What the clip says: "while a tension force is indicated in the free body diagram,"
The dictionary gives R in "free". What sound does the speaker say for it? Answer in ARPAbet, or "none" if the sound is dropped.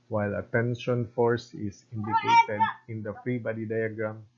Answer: R